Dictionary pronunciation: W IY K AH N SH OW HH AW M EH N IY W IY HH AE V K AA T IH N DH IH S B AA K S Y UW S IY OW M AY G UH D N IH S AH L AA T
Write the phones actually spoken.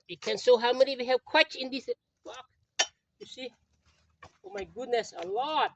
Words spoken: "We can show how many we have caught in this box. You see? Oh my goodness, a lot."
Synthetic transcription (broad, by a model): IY K AH N S OW HH AW M EH N IY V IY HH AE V K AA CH IH N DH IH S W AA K Y UW S IY OW M AY G UH D N IH S AH L AA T